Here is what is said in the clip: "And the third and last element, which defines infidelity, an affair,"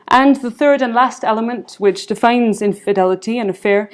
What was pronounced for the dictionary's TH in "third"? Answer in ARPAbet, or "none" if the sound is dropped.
TH